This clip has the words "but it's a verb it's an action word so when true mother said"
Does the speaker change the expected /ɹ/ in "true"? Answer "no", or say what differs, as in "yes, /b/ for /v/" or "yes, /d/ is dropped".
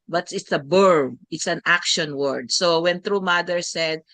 no